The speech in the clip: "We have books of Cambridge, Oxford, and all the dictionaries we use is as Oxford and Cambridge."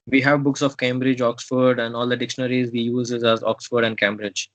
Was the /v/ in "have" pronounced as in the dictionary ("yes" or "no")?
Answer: yes